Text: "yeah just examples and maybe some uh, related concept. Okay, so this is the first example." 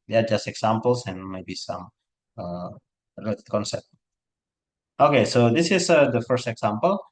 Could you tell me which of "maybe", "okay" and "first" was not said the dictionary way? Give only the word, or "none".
none